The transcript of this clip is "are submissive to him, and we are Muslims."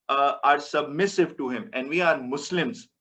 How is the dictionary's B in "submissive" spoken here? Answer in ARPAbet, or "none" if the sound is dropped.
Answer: B